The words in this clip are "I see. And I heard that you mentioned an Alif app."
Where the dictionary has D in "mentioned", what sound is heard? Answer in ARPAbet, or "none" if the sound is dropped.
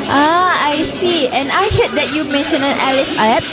none